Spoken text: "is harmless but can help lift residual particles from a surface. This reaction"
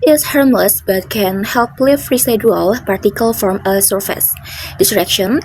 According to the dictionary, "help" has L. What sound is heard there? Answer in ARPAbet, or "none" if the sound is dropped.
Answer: L